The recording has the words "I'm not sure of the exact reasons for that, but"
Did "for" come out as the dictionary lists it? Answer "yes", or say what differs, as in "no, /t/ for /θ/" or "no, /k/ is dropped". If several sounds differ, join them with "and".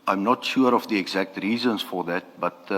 yes